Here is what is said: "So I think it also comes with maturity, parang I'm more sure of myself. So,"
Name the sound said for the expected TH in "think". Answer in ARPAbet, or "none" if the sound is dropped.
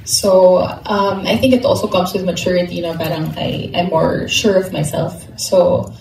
TH